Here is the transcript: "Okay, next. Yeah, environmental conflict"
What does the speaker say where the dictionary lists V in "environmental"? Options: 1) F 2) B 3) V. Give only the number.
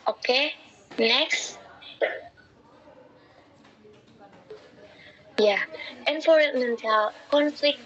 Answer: 1